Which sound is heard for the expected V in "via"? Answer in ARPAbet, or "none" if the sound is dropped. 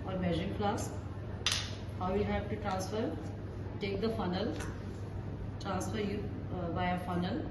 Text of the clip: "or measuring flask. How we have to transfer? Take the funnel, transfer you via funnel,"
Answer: B